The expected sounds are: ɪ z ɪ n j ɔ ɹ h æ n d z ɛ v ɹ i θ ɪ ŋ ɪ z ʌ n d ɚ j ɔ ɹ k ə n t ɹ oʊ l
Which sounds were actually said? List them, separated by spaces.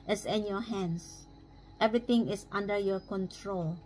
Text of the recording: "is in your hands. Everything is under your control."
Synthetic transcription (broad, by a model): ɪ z ɪ n j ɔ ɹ h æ n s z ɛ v ɹ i t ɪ ŋ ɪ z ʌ n d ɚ j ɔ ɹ k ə n t ɹ oʊ l